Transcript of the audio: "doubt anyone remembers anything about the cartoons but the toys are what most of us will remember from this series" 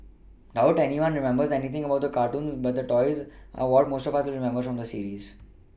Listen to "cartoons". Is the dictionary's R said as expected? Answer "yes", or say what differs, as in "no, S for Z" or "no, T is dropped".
yes